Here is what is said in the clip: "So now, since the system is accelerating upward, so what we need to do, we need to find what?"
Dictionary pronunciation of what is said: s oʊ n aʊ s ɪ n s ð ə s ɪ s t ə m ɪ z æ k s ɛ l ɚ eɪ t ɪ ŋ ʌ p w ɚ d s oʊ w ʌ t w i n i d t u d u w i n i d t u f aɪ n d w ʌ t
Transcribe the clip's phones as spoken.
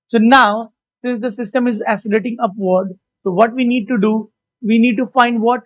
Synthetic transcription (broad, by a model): s oʊ n aʊ s ɪ n s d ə s ɪ s t ə m ɪ z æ s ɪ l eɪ t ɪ ŋ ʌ p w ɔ d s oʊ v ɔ t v i n i d t u d u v i n i d t u f aɪ n d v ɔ t